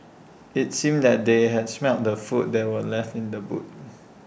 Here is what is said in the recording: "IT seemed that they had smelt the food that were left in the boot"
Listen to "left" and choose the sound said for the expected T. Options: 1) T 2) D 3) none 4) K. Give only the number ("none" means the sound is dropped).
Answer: 1